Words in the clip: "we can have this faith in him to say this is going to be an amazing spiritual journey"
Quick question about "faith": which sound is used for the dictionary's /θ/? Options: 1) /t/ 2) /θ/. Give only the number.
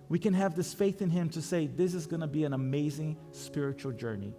2